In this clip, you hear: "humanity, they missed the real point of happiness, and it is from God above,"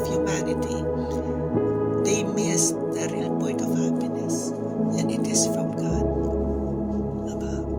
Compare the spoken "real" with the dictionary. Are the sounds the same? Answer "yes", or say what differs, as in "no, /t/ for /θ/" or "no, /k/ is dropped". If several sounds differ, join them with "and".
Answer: yes